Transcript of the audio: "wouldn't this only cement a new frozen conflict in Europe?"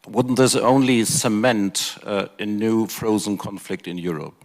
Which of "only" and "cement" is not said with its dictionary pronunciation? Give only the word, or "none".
none